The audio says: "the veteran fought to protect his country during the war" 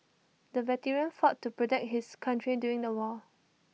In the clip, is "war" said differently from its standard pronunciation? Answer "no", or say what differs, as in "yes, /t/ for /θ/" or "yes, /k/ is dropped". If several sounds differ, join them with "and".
yes, /l/ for /ɹ/